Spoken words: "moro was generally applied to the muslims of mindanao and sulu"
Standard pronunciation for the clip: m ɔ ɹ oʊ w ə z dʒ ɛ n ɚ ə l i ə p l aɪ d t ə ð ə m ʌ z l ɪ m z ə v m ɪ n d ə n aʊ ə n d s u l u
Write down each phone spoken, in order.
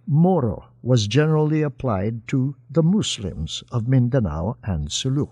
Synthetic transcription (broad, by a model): m ɔ ɹ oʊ w ə z dʒ ɛ n ɚ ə l i ə p l aɪ d t ə ð ə m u s l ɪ m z ə v m ɪ n d ə n aʊ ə n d s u l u